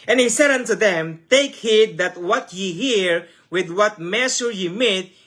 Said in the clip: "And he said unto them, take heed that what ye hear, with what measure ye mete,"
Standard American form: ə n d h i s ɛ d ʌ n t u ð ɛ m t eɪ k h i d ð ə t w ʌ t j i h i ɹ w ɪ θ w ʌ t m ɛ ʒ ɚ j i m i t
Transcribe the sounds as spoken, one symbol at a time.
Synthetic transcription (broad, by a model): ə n h i s ɛ d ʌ n t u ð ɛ m t eɪ k h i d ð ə t w ʌ t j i h i ɹ w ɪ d w ʌ t m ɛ s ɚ j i m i t